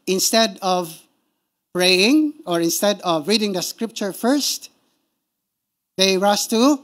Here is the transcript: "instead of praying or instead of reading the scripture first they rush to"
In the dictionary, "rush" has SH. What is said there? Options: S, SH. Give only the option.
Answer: S